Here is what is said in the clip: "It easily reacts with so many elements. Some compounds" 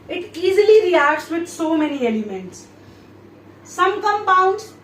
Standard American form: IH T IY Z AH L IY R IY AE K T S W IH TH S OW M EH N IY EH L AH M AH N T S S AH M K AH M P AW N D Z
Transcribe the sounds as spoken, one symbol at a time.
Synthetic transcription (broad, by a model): IH T IY Z AH L IY R IY AE K T S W IH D S OW M EH N IY EH L AH M AH N T S S AH M K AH M P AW N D